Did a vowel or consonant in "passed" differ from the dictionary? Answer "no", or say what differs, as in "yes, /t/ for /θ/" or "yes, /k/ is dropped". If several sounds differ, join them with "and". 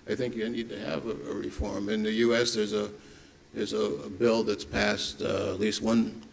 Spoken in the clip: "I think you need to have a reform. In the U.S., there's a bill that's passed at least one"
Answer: no